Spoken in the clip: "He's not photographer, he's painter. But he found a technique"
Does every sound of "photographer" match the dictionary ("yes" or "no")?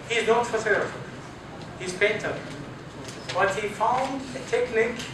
no